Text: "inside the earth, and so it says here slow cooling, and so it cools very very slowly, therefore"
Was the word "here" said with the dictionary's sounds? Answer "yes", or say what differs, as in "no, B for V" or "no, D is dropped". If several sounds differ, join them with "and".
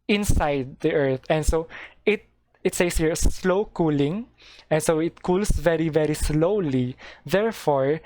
yes